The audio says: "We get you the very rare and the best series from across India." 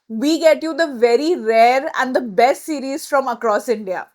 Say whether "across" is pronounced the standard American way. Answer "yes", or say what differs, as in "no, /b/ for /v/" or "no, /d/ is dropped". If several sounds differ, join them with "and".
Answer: yes